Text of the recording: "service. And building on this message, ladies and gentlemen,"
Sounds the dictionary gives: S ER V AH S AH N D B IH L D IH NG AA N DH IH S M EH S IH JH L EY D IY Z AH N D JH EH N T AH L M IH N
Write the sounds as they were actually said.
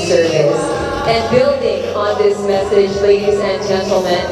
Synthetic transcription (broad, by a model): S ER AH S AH N B IH L D IH NG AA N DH IH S M EH S IH JH L EY D IY Z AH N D JH EH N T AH L M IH N